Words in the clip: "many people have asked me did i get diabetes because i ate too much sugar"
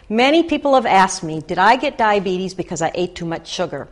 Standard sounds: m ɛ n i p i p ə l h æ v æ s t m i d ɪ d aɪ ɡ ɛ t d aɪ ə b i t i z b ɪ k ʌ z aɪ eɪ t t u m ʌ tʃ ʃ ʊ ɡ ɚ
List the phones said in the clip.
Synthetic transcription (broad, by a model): m ɛ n i p i p l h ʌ v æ s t m i d ɪ d aɪ ɡ ɛ t d aɪ ə b i t i z b ɪ k ʌ z aɪ eɪ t t u m ʌ tʃ ʃ ʊ ɡ ɚ